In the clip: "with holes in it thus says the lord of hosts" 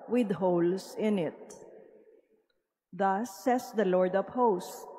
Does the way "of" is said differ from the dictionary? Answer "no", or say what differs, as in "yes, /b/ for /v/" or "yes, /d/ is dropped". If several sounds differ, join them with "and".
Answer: yes, /p/ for /v/